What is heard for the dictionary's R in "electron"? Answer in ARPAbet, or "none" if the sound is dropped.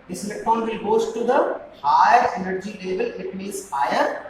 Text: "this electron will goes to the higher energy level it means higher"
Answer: none